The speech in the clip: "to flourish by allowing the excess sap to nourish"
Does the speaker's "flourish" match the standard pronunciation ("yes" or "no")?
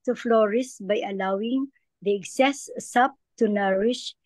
no